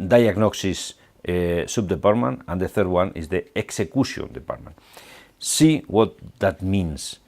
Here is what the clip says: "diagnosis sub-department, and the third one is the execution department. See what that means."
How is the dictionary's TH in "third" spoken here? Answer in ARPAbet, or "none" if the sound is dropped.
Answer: TH